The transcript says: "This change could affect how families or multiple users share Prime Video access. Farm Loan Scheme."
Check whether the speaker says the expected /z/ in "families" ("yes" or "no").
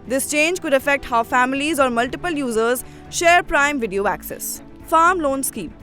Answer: yes